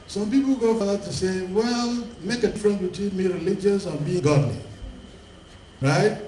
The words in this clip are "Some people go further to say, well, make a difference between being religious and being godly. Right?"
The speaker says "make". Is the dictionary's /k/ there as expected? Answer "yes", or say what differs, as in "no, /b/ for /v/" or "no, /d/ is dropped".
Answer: yes